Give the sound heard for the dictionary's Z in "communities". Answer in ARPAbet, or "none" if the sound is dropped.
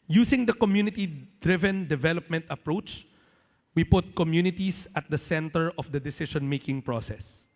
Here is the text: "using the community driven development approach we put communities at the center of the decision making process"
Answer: S